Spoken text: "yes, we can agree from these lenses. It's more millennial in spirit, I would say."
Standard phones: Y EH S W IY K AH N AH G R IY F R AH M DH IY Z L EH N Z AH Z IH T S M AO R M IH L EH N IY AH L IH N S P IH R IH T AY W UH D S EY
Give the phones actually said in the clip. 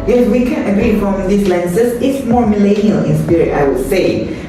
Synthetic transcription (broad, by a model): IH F W IY K AH N AH G R IY F R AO M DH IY S L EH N S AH S IH T S M AO R M IH L EH N IY AH L IH N S P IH R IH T AY W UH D S EY